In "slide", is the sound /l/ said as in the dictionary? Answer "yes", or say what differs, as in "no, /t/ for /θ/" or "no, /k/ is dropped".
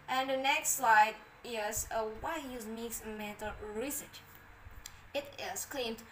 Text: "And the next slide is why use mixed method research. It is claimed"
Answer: yes